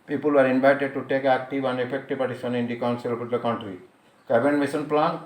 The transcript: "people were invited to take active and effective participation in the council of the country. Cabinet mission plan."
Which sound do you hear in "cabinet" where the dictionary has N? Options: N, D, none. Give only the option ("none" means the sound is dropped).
none